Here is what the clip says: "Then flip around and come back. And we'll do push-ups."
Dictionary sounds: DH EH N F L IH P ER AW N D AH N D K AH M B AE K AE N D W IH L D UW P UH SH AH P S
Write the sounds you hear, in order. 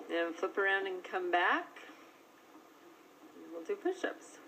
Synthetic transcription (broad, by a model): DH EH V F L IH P ER AW N D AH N K AH M B AE K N W IH L D UW B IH SH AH P S